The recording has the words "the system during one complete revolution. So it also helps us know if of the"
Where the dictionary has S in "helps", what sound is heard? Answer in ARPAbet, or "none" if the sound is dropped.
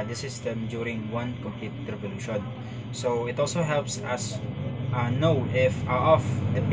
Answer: S